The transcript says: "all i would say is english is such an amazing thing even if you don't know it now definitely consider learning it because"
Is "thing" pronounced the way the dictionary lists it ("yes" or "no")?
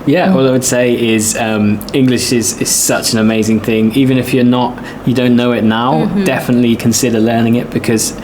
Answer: yes